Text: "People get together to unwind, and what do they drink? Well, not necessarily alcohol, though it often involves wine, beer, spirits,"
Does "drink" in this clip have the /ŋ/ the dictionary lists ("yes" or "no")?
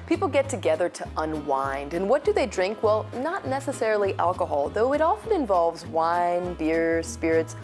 yes